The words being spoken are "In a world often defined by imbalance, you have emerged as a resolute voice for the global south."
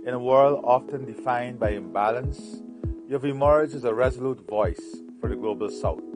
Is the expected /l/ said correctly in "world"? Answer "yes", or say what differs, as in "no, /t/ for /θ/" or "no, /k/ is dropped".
yes